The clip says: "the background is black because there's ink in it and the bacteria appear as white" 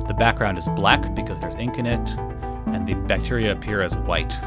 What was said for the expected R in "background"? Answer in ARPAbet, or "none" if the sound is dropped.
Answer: R